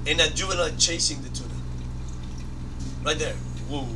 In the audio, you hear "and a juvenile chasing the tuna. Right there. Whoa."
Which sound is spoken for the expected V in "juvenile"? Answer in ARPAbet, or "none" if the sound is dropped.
none